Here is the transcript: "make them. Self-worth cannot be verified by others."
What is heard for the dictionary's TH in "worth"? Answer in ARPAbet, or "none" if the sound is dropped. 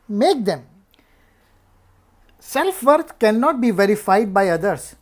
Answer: T